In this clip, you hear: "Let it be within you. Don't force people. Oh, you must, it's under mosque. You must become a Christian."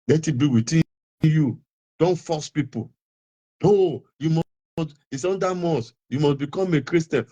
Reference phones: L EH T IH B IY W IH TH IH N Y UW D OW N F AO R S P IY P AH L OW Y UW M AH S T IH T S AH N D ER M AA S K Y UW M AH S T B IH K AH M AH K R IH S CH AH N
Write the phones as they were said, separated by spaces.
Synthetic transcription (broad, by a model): L EH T IH B IY W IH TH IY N Y UW D OW N F AO S P IY P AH N OW Y UW M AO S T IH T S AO N D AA M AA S Y UW M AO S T B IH K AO M AH K R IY S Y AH N